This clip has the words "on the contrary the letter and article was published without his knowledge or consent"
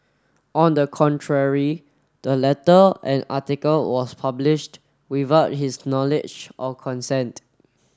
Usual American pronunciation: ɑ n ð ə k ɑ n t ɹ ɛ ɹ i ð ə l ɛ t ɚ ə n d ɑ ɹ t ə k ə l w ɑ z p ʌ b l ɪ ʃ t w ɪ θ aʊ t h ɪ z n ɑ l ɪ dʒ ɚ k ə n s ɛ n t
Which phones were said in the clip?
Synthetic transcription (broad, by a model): ɑ n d ə k ɑ n t ɹ ɛ ɹ i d ə l ɛ t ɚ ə n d ɑ t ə k ə l w ɑ s p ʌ b l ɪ ʃ t w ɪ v aʊ t h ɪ s n ɑ l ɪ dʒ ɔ k ə n s ɛ n t